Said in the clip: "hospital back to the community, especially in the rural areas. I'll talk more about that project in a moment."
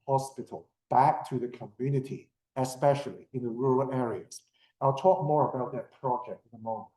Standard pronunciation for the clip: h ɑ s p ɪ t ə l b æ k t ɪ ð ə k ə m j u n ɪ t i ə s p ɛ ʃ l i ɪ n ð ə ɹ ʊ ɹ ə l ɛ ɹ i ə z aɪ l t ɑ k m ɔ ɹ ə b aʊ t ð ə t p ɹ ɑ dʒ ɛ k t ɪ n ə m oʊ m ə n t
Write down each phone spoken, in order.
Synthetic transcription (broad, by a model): h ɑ s p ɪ t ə l b æ k t ɪ ð ə k ə m j u n ɪ t i ə s p ɛ ʃ l i ɪ n ð ə ɹ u ɹ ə l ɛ ɹ i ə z aɪ l t ɑ k m ɔ ɹ ə b aʊ t ð ə t p ɹ ɑ dʒ ɛ k t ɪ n ə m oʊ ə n